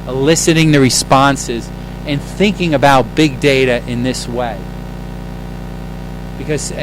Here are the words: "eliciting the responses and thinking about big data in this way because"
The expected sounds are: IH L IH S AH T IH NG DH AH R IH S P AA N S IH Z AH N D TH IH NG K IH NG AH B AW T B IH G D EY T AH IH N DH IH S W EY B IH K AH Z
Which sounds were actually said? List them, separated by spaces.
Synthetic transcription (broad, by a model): L IH S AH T IH NG DH AH R IH S P AA N S IH Z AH N TH IH NG K IH NG AH B AW T B IH G D EY T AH IH N DH IH S W EY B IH K AH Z